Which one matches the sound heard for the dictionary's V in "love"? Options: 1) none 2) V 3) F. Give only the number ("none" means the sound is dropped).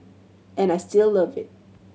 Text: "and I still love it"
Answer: 2